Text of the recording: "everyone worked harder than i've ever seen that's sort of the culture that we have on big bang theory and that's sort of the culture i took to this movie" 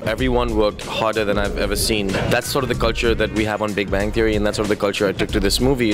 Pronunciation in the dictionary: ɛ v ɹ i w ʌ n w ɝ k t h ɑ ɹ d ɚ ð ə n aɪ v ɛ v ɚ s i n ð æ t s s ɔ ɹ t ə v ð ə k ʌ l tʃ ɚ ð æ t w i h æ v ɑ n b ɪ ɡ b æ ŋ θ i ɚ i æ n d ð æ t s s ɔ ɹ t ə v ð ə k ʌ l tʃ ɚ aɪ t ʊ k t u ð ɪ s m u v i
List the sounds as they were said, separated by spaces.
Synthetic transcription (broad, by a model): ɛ v ɹ i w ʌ n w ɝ k t h ɑ ɹ d ɚ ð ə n aɪ v ɛ v ɚ s i n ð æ t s s ɔ ɹ t ə v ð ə k ʌ l tʃ ɚ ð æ t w i h æ v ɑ n b ɪ ɡ b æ ŋ t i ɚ i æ n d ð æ t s s ɔ ɹ t ə v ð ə k ʌ l tʃ ɚ aɪ t ʊ k t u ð ɪ s m u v i